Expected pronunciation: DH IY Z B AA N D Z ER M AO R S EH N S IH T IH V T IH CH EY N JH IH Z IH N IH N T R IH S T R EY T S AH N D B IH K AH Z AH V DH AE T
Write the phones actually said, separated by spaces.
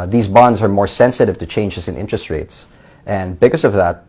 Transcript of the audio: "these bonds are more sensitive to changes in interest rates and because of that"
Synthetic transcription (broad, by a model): DH IY Z B AA N D Z ER M AO R S EH N S IH T IH V T IH CH EY N JH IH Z IH N IH N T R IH S T R EY T S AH N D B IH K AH S AH V DH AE T